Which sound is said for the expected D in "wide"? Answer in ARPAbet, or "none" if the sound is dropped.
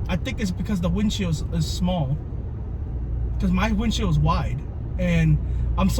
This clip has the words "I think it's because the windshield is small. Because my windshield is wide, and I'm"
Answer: D